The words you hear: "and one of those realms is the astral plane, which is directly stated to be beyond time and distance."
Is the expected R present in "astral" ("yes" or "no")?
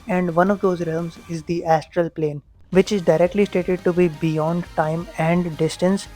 yes